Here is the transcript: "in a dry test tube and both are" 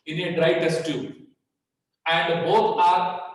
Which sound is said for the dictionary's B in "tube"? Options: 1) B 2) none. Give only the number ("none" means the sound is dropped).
2